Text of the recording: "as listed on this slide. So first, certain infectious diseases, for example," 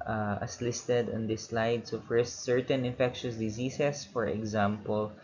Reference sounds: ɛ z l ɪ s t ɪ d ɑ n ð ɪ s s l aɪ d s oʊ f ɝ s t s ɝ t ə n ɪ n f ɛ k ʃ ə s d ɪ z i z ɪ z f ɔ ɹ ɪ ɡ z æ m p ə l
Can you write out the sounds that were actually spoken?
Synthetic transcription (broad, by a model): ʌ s l ɪ s t ɪ d ɑ n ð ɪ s s l aɪ d s oʊ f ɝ s t s ɝ t ə n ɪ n f ɛ k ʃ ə s d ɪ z i s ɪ s f ɔ ɹ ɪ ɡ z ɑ m p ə l